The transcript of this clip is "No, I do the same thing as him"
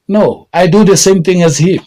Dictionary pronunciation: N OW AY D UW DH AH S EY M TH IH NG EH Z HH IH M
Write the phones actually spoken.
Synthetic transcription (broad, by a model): N OW AY D UW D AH S EY M T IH NG EH Z HH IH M